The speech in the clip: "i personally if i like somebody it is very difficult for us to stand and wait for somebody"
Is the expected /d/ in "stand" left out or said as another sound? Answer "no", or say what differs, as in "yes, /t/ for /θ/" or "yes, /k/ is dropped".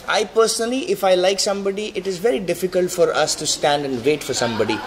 no